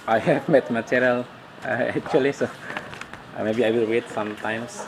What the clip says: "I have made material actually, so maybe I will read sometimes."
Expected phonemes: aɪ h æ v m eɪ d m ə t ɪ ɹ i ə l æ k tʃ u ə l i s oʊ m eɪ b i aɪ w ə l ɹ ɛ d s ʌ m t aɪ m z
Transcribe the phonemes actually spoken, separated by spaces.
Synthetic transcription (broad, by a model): aɪ h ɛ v m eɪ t m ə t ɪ ɹ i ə l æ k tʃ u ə l i s oʊ m eɪ b i aɪ w ə l w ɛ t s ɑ m t aɪ m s